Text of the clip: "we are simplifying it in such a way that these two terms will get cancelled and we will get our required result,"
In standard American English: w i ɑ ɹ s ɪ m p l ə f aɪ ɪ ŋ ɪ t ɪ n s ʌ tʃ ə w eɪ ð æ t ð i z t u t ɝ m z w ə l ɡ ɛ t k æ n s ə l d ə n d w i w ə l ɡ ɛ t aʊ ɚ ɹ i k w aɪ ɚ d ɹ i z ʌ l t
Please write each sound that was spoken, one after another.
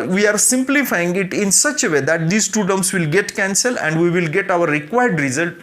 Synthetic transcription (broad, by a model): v i ɑ ɹ s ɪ m p l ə f aɪ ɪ ŋ ɪ t ɪ n s ʌ tʃ ə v eɪ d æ t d i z t u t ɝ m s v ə l ɡ ɛ t k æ n s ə l ə n d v i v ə l ɡ ɛ t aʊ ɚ ɹ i k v aɪ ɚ d ɹ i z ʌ l t